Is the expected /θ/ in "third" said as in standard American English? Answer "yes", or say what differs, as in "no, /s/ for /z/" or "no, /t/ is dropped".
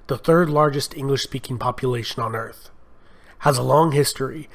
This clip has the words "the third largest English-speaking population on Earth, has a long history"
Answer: yes